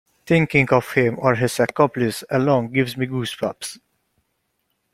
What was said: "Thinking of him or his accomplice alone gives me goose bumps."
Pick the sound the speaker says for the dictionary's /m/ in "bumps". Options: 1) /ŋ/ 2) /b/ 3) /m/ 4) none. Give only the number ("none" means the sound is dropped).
4